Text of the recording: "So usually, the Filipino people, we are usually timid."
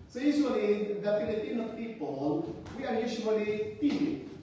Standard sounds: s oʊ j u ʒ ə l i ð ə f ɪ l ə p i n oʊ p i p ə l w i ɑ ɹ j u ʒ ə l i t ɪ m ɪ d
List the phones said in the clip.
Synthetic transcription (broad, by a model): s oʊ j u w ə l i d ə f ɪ n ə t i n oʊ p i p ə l w i ɑ ɹ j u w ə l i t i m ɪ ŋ